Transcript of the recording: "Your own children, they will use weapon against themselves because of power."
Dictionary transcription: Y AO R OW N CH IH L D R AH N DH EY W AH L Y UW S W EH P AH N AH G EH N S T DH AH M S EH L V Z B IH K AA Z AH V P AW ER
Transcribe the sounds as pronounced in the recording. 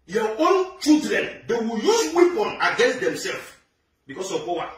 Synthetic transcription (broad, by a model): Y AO OW N CH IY L D R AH N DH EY W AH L Y UW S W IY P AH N AH G EH N S T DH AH M S EH L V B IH K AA S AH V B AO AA